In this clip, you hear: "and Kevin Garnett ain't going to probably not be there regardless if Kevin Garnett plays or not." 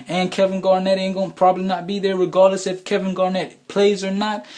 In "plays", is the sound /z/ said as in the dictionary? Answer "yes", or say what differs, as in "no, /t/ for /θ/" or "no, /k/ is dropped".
yes